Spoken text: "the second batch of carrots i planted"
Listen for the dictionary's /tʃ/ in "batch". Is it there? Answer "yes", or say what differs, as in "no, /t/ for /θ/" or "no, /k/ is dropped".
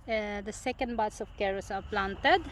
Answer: no, /s/ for /tʃ/